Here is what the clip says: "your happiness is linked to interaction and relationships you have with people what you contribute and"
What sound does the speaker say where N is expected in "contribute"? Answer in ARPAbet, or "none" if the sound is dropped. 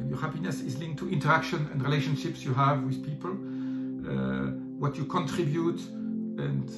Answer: N